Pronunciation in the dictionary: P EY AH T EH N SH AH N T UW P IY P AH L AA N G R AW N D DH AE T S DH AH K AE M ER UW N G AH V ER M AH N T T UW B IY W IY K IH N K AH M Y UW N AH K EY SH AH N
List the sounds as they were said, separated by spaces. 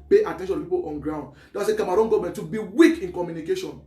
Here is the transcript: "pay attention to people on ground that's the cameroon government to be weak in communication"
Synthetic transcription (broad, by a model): P EY AH T EH N SH AH N T UW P IY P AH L AA N G R AW N D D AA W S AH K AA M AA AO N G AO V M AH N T T UW B IY W IY K IH N K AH M Y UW N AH K EY SH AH N